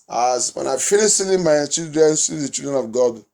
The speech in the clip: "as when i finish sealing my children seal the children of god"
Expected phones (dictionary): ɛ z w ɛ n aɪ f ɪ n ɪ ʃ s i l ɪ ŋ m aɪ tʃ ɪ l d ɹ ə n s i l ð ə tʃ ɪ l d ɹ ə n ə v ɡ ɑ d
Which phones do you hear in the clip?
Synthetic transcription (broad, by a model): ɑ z w ɛ n aɪ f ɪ l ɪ s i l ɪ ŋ m aɪ tʃ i l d ɹ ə n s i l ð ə tʃ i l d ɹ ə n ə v ɡ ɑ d